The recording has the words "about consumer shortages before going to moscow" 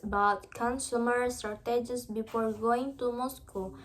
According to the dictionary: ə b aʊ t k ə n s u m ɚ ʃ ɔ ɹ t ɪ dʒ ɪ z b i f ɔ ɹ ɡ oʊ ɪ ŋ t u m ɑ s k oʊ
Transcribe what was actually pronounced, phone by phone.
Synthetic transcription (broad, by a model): b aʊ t k ə n s u m ɚ s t ɹ t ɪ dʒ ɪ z b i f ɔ ɹ ɡ oʊ ɪ ŋ t u m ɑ s k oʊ